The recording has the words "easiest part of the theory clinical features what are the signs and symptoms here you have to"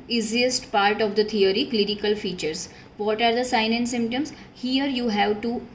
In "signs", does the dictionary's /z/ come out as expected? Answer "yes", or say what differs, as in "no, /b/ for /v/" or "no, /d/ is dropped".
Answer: no, /z/ is dropped